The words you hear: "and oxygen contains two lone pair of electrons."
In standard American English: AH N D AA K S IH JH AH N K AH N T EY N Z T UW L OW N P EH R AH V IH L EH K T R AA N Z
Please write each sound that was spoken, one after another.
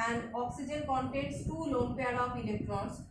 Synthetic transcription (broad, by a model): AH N D AA K S IH JH AH N K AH N T EY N S T UW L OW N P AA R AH P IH L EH K T R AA N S